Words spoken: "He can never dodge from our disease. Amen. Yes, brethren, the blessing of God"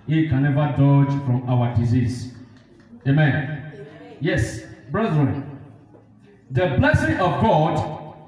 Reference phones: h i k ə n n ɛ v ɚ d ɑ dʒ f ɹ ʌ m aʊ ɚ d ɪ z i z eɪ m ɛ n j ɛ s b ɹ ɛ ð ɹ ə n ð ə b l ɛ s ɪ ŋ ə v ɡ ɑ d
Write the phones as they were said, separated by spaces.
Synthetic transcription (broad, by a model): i k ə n n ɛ v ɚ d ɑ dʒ f ɹ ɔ m aʊ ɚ d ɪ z i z eɪ m ɛ n j ɛ s b ɹ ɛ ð ɹ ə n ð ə b l ɛ s ɪ ŋ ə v ɡ ɑ d